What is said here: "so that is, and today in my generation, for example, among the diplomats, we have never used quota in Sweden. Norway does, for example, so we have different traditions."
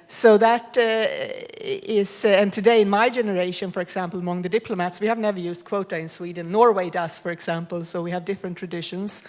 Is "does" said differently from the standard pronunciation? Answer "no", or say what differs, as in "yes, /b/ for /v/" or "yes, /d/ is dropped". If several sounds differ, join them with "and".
yes, /s/ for /z/